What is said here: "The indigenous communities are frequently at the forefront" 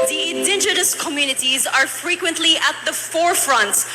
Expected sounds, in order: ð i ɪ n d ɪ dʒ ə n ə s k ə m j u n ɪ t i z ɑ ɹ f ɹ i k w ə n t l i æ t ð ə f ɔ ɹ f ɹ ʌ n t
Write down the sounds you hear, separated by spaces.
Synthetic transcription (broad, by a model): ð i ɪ n dʒ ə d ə s k ə m j u n ɪ t i z ɑ ɹ f ɹ i k w ə n t l i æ t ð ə f ɔ ɹ f ɹ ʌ n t